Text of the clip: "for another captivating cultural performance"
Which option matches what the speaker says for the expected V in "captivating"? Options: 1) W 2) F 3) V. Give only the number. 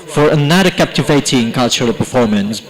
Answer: 3